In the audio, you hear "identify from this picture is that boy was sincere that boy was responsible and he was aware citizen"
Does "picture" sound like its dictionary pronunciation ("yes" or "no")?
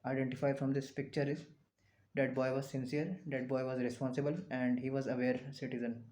yes